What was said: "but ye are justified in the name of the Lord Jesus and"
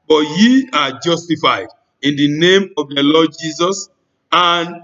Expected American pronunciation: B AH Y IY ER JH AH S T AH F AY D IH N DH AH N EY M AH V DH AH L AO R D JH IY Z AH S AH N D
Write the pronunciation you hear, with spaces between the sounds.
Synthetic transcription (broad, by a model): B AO Y IY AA JH AH S T AH F AY D IH N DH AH N EY M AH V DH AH L AO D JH IY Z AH S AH N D